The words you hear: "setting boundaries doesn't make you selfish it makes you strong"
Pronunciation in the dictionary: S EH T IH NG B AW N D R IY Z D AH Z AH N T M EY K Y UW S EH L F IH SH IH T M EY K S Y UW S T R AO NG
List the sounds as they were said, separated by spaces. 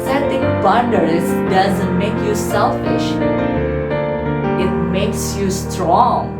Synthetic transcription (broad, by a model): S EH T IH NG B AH N D IY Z D AH Z AH N T M EY K Y UW S EH L F IH SH IH T M EY K S Y UW S T R AO NG